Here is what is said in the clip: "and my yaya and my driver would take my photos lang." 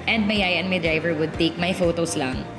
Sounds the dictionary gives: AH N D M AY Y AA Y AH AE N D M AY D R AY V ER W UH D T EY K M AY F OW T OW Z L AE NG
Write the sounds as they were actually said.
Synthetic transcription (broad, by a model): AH N D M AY Y AA Y AH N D M AY D R AY V ER W UH D T EY K M AY F OW T OW S L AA NG